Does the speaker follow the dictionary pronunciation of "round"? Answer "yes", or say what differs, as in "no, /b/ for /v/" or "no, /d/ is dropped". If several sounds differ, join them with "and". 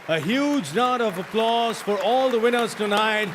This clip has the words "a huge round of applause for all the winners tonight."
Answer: no, /n/ is dropped